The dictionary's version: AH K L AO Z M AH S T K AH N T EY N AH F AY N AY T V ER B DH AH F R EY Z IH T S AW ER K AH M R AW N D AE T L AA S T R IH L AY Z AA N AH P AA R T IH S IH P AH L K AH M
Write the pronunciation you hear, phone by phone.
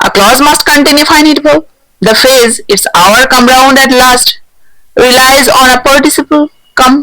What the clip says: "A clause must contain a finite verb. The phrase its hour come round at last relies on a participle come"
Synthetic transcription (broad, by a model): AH K L AO Z M AH S T K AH N T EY N AH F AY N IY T B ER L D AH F EY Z IH T S AW ER K AH M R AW N D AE T L AA S T R IH L AY Z AA N AH P AA R T IH S IH P AH L K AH M